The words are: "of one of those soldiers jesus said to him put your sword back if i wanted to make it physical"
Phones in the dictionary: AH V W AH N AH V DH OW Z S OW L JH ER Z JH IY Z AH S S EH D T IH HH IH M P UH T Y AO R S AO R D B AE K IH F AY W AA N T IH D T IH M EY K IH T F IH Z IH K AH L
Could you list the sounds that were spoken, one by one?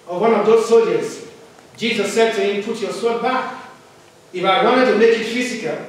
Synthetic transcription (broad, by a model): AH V W AH N AH V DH OW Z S OW JH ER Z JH IY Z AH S S EH D T IH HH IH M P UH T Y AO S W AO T B AE K IH F AY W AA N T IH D T IH M EY K IH T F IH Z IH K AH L